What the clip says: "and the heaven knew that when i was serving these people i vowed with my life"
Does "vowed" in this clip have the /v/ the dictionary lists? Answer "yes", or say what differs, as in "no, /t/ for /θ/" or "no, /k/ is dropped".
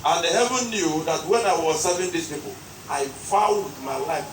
no, /f/ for /v/